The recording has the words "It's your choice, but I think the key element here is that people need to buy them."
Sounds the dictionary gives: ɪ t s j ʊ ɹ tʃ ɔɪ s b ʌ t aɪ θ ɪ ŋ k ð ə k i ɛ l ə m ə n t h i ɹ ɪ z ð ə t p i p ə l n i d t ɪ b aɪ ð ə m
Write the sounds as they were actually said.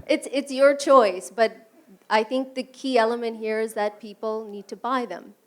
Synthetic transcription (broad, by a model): ɪ t s j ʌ ɹ tʃ ɔɪ s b ʌ t aɪ θ ɪ ŋ k ð ə k i ɛ l ə m ə n t h i ɹ ɪ z ð ə t p i p l n i d t ɪ b aɪ ð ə m